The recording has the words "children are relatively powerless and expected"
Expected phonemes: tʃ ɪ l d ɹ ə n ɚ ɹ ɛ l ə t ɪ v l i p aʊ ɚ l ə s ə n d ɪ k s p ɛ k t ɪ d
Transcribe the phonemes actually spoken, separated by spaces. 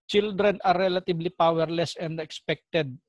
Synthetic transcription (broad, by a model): tʃ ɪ l d ɹ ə n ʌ ɹ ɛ l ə t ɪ b l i p aʊ ɚ l ə s ə n d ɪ k s p ɛ k t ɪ d